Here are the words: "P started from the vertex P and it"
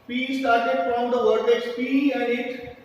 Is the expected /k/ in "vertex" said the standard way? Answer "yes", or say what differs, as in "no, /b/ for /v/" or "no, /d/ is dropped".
no, /k/ is dropped